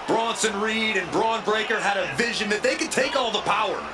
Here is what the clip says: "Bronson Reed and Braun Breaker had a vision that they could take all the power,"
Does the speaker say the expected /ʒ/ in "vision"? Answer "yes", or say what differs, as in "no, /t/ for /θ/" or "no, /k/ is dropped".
yes